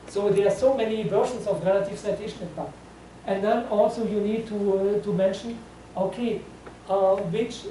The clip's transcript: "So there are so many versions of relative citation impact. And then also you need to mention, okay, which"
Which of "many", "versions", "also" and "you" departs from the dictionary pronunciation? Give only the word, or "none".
versions